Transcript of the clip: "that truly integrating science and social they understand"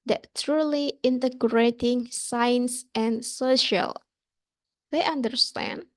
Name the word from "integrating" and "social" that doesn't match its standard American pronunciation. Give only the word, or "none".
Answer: none